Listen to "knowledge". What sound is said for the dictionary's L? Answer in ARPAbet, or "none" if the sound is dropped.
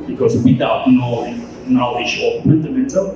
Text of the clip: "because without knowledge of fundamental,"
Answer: N